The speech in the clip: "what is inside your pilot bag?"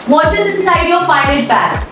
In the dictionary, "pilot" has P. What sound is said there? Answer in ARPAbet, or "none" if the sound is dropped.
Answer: F